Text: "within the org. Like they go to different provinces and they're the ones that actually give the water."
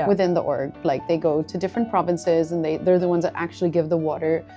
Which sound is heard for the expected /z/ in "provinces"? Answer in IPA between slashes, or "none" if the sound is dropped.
/z/